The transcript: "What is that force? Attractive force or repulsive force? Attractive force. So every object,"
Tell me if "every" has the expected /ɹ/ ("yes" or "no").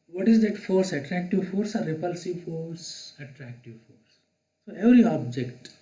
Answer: no